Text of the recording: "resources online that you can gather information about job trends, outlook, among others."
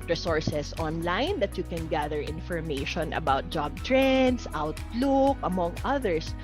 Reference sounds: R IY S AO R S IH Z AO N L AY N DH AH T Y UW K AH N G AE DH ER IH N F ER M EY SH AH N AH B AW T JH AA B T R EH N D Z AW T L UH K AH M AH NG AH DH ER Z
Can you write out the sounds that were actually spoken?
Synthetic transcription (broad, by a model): R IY S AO R S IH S AO N L AY N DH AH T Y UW K AH N G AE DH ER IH N F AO M EY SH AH N AH B AW T JH AA B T R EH N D S AW T L UH K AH M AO NG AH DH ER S